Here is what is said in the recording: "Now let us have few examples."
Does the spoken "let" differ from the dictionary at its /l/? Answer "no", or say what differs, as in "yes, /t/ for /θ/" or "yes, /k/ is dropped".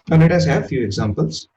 yes, /n/ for /l/